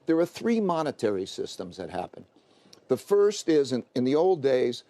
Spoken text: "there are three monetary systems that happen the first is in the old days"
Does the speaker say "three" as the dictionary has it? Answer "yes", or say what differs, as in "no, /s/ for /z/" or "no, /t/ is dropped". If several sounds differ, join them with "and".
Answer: yes